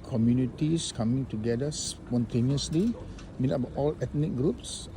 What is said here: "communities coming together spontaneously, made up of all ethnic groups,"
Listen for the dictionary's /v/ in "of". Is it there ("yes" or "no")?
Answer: no